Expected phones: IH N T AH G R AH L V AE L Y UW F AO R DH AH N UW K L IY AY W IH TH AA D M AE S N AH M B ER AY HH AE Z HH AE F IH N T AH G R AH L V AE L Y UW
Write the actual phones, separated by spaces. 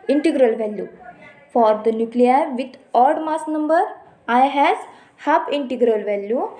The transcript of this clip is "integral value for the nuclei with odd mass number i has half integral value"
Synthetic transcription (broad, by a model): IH N T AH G R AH L V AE L Y UW F AO R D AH N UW K L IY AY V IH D AA D M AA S N AH M B ER AY HH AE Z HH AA P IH N T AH G R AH L V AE L Y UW